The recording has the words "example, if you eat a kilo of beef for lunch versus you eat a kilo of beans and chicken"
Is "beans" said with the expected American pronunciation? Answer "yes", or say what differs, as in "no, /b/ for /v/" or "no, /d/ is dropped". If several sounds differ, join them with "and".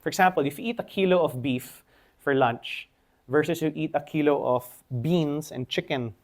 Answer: no, /s/ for /z/